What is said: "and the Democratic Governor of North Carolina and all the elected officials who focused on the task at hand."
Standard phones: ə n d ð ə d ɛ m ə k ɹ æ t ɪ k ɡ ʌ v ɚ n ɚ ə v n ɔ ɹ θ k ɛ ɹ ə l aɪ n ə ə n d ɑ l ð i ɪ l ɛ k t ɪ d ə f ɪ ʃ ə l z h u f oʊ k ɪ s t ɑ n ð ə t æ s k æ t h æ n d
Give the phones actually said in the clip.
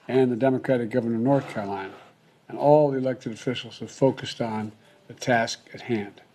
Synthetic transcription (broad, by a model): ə n ð ə d ɛ m ə k ɹ æ t ɪ k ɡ ʌ v ɚ n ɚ ə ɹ n ɔ ɹ θ k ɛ ɹ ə l aɪ n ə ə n ɑ l ð i ɪ l ɛ k t ɪ d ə f ɪ ʃ l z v f oʊ k ɪ s t n ð ə t æ s k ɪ t h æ n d